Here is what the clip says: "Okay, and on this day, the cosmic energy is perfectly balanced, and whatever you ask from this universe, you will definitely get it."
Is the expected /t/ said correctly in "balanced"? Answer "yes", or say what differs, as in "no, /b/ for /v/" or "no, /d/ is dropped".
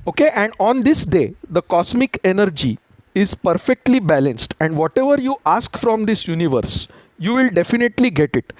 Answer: yes